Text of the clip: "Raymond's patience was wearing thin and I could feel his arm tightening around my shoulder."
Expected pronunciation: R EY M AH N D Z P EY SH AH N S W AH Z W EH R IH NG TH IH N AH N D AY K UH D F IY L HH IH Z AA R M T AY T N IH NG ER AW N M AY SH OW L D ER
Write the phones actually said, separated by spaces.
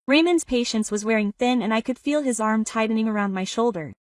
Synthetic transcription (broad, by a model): R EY M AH N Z P EY SH AH N S W AH Z W EH R IH NG TH IH N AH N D AY K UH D F IY L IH Z AA R M T AY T N IH NG ER AW N M AY SH OW L D ER